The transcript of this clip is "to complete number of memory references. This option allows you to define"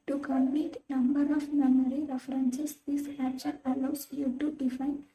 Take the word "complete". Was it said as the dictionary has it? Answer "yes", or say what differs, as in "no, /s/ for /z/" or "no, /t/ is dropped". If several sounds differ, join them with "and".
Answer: no, /l/ is dropped